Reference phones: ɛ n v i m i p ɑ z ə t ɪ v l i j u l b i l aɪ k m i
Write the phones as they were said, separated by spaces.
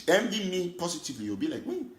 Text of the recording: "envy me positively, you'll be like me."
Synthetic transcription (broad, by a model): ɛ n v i m i p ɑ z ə t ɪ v l i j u w b i l aɪ k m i